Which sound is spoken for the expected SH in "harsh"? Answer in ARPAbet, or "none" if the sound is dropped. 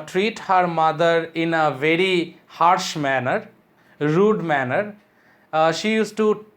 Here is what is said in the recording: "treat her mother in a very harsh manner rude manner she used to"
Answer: SH